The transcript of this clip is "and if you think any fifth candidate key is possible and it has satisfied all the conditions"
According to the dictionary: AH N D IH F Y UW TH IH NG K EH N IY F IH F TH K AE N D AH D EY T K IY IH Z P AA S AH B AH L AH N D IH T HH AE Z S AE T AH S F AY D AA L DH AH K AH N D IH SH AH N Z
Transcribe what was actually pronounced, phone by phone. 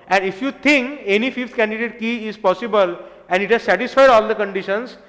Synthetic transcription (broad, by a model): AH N D IH F Y UW T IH NG K EH N IY F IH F T K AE N D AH D EY T K IY IH Z P AA S AH B AH L AH N D IH T HH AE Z S AE T AH S F AY D AA L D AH K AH N D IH SH AH N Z